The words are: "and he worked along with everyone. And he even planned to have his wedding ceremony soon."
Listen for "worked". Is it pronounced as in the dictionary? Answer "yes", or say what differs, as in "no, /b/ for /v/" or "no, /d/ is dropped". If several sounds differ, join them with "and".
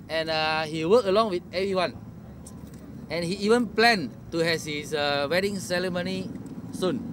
no, /t/ is dropped